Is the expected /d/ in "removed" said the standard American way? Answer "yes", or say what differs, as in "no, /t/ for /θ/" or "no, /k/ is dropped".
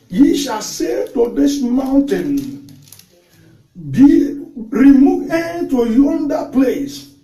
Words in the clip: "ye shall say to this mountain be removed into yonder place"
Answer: no, /d/ is dropped